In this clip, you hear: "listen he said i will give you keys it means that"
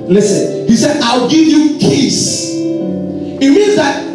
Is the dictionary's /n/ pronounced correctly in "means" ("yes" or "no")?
yes